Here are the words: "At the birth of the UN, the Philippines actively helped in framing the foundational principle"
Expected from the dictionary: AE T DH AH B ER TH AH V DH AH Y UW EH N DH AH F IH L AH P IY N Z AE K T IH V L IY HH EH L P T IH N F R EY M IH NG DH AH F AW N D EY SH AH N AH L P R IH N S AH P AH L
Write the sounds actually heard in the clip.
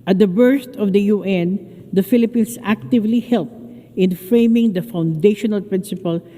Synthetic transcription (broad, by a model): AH T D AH B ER S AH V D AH Y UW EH N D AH F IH L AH P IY N S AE K T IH V L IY HH EH L P T IH N F R EY M IH NG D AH F AW N D EY SH AH N AH L P R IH N S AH P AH L